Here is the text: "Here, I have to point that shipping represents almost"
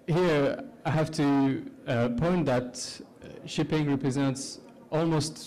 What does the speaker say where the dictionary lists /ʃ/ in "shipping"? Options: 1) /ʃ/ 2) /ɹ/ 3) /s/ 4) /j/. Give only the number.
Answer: 1